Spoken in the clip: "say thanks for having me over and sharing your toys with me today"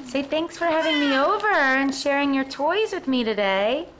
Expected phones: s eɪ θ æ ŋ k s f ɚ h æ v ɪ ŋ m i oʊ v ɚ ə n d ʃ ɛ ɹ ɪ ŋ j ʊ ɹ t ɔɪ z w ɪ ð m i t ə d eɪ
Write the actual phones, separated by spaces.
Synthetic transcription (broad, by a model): s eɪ θ æ ŋ k s f ɚ h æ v ɪ ŋ m i oʊ v ɚ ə n ʃ ɛ ɹ ɪ ŋ j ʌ ɹ t ɔɪ z w ɪ ð m i t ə d eɪ